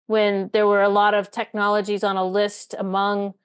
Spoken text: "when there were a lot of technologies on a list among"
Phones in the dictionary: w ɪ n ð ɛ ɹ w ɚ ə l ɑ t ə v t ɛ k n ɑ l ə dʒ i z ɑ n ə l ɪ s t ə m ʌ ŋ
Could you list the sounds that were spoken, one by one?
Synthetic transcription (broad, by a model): w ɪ n ð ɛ ɹ w ɚ ə l ɑ t ə v t ɛ k n ɑ l ə dʒ i z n ə l ɪ s t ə m ʌ ŋ